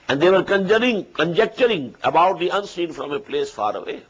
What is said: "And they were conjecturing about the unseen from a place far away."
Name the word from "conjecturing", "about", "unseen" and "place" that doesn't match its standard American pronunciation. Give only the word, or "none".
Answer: none